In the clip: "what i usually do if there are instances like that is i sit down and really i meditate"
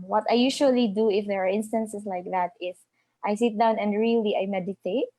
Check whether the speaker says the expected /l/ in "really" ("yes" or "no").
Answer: yes